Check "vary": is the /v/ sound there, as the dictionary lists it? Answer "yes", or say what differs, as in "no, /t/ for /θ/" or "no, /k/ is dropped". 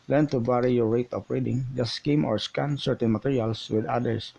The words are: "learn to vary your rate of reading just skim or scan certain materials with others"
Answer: no, /b/ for /v/